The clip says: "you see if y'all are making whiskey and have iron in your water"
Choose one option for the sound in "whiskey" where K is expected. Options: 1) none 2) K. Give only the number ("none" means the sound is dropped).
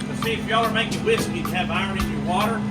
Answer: 1